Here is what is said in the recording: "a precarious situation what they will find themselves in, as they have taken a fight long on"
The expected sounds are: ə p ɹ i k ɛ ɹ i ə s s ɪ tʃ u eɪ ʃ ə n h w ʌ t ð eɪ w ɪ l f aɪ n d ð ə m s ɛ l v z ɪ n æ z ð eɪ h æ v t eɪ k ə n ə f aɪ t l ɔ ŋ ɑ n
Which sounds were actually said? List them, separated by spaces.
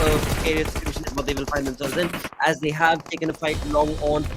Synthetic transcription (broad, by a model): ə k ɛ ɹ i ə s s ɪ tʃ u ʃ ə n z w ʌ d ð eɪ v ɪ l f aɪ n d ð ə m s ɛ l z ɪ n æ z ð eɪ h æ v t eɪ k ə n ə f aɪ t l ɔ ŋ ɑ n